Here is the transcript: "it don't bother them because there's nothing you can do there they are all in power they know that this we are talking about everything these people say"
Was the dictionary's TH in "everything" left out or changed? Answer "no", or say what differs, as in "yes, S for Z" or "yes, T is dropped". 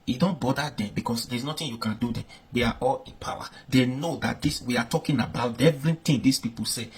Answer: yes, T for TH